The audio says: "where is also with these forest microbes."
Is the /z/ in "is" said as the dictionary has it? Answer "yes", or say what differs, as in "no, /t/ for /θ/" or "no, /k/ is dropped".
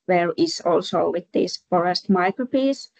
no, /s/ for /z/